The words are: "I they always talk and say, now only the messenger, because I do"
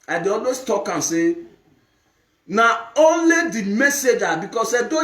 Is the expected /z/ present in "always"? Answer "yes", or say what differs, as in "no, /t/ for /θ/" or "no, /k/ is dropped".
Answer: no, /s/ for /z/